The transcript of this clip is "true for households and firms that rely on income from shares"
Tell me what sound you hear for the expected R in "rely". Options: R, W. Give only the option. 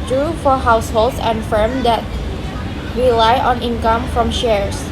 W